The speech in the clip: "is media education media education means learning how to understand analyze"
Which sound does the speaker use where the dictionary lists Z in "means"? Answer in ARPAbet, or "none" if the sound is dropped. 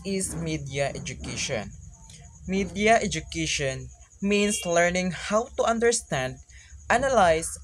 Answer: S